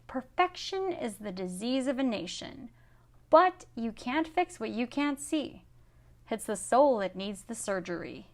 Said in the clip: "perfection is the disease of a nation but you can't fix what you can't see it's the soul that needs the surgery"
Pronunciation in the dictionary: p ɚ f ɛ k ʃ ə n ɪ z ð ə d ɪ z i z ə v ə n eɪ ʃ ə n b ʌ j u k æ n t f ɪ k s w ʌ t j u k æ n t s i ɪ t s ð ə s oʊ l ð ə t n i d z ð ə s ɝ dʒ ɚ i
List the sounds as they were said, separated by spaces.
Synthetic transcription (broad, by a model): p ɚ f ɛ k ʃ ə n ɪ z ð ə d ɪ z i z ə v ə n eɪ ʃ ə n b ʌ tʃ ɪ k æ n t f ɪ k s w ʌ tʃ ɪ k æ n t s i ɪ t s ð ə s oʊ l ð ə t n i d z ð ə s ɝ dʒ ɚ i